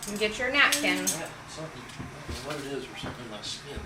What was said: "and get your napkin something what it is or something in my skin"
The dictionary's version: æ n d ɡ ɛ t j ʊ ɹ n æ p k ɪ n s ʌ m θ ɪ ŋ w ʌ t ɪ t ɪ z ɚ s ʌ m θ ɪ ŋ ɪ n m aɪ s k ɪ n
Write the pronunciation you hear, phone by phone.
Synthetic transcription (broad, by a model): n ɡ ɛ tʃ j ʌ ɹ n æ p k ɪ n s ʌ m θ ɪ ŋ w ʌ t ɪ t ɪ z ɚ s ʌ m θ ɪ ŋ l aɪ s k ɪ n